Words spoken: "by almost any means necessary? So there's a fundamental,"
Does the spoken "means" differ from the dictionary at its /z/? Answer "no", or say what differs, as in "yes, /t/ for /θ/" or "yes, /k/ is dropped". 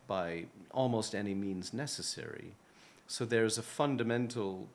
no